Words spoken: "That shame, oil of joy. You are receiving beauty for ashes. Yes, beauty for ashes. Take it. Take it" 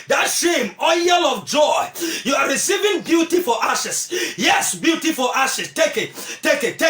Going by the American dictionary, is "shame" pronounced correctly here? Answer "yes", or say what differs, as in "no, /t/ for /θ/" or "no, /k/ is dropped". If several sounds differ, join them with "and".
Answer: yes